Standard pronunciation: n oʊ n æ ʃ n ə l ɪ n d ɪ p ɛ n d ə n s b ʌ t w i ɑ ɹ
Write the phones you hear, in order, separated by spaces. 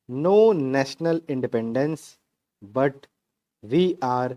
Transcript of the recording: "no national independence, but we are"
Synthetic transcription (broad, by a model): n oʊ n æ ʃ n ə l ɪ n d ɪ p ɛ n d ə n s b ʌ t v i ɑ ɹ